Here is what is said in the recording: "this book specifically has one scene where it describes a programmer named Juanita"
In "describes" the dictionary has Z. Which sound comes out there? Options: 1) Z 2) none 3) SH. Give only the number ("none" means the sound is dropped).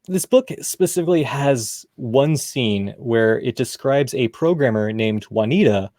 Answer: 1